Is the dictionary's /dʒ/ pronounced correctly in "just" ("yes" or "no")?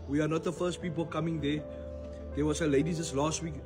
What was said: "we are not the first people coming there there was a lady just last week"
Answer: no